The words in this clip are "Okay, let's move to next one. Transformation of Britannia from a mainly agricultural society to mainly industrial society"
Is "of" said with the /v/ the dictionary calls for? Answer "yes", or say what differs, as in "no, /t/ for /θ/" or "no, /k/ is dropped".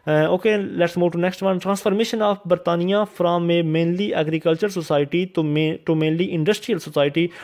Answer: no, /p/ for /v/